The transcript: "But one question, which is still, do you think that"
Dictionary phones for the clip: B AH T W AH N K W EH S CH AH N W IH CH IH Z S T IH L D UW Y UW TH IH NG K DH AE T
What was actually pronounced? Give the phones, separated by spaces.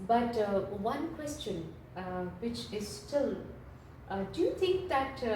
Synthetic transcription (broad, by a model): B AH T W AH N K W EH S CH AH N W IH CH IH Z S T IH L D UW Y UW T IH NG K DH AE T